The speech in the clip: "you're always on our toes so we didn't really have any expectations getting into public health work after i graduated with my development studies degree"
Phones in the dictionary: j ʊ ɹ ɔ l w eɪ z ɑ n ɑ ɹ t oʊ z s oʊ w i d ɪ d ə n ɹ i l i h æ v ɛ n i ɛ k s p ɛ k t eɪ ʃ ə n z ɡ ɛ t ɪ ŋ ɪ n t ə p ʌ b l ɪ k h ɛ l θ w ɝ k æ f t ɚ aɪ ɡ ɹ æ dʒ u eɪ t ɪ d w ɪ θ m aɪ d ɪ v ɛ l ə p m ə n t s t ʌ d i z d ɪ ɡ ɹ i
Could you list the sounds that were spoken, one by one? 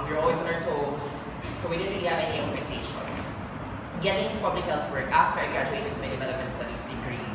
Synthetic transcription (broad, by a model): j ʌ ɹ ɔ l w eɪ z ɑ n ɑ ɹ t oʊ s s oʊ w i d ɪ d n ɹ i l i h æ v ɛ n i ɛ k s p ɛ k t eɪ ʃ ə n s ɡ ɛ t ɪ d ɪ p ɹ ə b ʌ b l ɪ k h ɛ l t w ɝ k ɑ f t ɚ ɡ ɹ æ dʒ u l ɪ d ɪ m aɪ d ɪ v ɛ l ə p m ə n t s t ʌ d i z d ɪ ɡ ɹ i